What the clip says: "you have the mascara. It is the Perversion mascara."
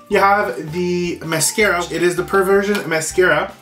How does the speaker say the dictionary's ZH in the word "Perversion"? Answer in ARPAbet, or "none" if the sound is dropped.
ZH